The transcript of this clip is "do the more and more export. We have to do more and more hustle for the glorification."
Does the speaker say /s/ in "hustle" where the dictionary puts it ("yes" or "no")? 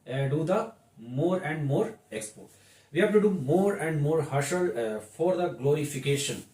no